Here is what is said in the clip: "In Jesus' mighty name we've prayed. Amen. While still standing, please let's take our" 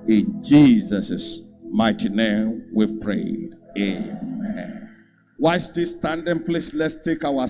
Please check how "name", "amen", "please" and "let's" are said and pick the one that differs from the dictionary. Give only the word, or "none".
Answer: please